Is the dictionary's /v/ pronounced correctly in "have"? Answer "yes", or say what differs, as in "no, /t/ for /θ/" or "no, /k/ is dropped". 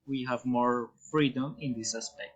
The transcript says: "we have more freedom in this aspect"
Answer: yes